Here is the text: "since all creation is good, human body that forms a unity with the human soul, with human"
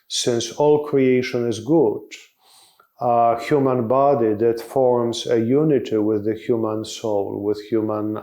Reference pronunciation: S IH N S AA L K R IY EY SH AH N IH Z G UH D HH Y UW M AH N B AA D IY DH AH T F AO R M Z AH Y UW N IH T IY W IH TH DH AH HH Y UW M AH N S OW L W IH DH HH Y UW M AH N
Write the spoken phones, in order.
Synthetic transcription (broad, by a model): S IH N S AA L K R IY EY SH AH N IH Z G UH D HH Y UW M AH N B AA D IY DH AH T F AO R M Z AH Y UW N IH T IY W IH DH AH HH Y UW M AH N S OW L W IH DH HH Y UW M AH N